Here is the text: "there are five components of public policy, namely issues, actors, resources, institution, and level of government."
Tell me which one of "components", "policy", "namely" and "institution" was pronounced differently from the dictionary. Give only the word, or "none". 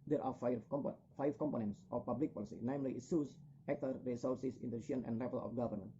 institution